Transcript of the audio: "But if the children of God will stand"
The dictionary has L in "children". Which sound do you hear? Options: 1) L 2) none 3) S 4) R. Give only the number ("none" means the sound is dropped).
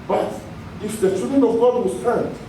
2